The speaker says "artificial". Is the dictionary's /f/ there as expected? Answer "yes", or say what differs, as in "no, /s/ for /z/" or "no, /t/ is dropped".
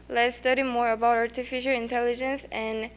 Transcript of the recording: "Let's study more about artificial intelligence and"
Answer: yes